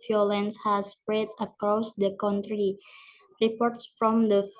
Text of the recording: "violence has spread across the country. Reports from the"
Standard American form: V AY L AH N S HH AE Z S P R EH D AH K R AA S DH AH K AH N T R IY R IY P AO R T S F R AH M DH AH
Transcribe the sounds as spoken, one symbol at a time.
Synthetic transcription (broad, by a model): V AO L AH N S HH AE S P R EH D AH K R AA S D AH K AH N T R IY R IY P AO R T S F R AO M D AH